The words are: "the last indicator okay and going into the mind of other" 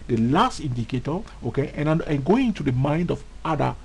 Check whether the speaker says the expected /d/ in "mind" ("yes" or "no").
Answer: yes